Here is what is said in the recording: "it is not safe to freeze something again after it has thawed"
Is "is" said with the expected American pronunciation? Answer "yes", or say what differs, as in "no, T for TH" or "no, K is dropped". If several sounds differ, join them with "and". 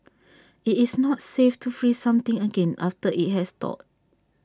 no, S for Z